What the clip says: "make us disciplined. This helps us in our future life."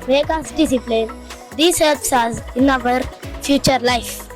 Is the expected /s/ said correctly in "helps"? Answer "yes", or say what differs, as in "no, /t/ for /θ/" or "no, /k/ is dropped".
yes